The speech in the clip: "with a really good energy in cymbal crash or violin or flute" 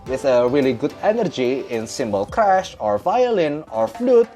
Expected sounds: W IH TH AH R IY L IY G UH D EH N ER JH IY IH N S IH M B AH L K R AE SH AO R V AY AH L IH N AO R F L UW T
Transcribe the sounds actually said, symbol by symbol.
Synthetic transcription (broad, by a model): W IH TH AH R IY L IY G UH D EH N ER JH IY IH N S IH M B AH L K R AE SH AO R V AY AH L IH N AO R F L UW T